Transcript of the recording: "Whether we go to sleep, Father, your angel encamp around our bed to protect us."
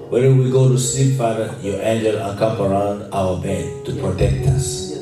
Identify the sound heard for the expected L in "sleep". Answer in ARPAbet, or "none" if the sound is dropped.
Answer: none